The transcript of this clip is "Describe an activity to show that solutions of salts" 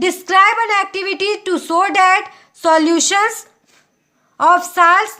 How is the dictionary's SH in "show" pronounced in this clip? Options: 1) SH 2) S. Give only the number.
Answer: 2